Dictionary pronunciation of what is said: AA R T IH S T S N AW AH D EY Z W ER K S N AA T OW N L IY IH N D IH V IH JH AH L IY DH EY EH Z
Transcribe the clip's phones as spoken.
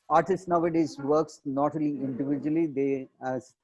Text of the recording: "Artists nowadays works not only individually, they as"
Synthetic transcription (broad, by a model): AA R T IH S T N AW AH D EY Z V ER K S N AA T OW L IY IH N D IH V IH JH AH L IY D EY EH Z